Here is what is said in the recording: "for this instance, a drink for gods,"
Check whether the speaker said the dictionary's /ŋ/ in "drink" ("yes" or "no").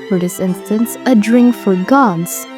yes